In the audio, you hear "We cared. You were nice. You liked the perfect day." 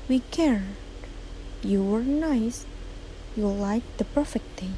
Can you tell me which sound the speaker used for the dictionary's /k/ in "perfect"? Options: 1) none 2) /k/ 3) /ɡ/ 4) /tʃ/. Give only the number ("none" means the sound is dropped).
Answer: 2